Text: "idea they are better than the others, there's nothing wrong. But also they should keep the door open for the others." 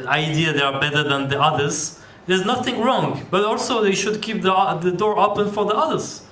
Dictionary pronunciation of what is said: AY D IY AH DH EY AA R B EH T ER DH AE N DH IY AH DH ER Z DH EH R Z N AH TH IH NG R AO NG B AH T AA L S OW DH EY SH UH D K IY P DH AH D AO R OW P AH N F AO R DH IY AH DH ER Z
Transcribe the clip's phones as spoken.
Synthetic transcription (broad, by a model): AY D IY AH DH EY AA R B EH T ER DH AE N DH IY AH DH ER Z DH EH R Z N AH TH IH NG R AO NG B AH T AA L S OW DH EY SH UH D K IY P DH AH D AO R OW P AH N F AO R DH IY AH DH ER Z